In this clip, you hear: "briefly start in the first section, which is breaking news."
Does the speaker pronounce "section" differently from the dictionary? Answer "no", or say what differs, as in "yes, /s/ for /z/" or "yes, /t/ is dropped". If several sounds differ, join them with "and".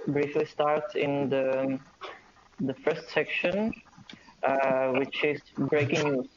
no